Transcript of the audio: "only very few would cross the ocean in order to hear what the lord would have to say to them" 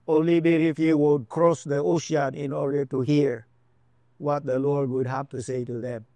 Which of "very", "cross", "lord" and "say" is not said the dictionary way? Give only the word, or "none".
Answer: very